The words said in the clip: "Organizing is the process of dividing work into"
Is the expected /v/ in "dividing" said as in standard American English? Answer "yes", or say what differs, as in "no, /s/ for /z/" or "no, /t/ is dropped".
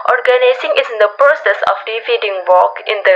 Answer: no, /f/ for /v/